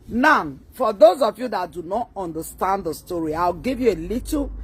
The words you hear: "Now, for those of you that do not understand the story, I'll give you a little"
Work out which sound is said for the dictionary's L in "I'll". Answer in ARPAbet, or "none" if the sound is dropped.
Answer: W